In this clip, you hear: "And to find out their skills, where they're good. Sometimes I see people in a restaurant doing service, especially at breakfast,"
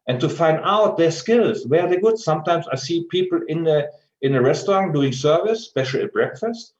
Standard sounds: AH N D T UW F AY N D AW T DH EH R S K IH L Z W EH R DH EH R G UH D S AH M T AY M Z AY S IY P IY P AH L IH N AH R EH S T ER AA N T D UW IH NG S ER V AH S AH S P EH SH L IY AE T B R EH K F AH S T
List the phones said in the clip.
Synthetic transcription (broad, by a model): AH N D T UW F AY N D AW T DH EH R S K IH L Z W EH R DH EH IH G UH D S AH M T AY M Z AY S IY P IY P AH N IH N AH R EH S T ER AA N D UW IH NG S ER V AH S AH S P EH SH L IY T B R EH K F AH S T